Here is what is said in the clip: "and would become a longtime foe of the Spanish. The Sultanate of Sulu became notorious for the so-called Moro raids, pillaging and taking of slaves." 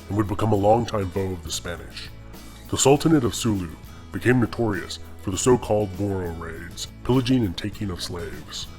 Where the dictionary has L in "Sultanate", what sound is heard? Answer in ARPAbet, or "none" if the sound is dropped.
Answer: L